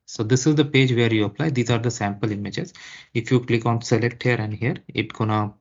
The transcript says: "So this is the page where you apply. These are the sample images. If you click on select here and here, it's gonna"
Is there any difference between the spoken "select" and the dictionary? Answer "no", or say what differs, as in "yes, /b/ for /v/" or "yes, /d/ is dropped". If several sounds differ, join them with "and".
no